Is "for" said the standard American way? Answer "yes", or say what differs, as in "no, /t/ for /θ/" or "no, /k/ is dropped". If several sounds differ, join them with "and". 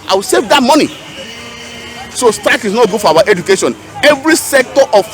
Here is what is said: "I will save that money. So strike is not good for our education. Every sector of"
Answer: no, /w/ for /ɹ/